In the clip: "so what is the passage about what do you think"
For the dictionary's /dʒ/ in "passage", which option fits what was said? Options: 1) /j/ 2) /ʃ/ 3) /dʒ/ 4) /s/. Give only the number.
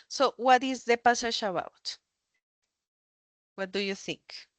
2